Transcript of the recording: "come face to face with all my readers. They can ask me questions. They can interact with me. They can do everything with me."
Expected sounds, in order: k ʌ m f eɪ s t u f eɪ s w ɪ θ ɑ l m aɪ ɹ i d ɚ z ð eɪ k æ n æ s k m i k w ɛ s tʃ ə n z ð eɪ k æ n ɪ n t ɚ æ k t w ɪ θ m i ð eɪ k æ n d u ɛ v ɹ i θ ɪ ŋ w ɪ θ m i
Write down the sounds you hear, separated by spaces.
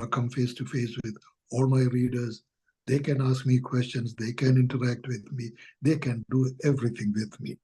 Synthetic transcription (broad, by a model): k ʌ m f eɪ s t u f eɪ s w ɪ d ɑ l m aɪ ɹ i d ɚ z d eɪ k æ n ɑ s k m i k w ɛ s tʃ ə n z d eɪ k æ n ɪ n t ɚ æ k t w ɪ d m i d eɪ k æ n d u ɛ v ɹ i t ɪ ŋ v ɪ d m i